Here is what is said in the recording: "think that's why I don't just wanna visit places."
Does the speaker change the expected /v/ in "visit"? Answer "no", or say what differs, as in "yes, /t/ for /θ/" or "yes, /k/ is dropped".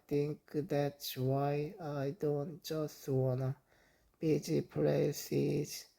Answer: yes, /b/ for /v/